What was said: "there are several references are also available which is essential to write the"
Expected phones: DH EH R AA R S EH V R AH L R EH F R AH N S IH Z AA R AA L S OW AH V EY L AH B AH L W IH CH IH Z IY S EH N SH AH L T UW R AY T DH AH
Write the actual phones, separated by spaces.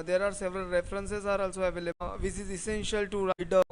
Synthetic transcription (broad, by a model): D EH R AA R S EH V R AH L R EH F R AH N S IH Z AA R AA L S OW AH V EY L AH AH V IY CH IH Z IY S EH N SH AH L T UW R AY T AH